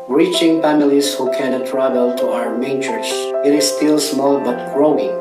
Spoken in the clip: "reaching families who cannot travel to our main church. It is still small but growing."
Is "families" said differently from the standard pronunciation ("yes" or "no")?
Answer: yes